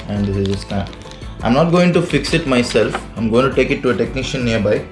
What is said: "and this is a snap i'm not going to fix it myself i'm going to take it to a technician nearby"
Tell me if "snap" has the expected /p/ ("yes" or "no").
no